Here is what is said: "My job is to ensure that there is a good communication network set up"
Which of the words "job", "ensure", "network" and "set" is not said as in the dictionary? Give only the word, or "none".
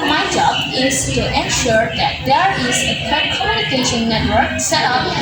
none